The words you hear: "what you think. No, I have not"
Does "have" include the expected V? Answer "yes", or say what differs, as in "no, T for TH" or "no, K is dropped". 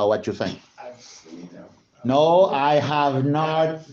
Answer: yes